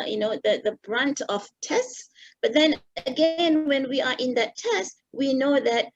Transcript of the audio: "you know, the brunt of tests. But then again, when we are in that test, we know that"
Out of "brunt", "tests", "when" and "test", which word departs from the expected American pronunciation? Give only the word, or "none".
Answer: none